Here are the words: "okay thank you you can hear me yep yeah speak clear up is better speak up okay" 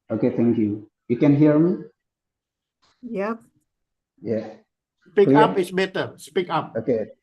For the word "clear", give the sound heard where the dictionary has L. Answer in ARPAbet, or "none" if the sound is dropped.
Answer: none